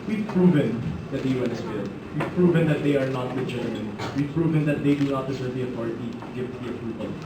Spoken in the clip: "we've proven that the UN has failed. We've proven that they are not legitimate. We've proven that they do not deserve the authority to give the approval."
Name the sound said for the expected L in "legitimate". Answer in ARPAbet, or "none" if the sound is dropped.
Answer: W